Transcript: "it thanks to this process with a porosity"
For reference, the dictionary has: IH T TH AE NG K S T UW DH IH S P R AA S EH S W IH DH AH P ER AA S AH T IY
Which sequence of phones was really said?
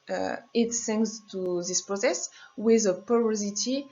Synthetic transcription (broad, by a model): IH T S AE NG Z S T UW DH IH S P R AA S EH S W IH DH AH P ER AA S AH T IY